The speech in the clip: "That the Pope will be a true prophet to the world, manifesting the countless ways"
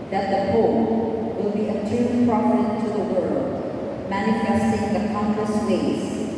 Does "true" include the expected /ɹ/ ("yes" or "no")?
no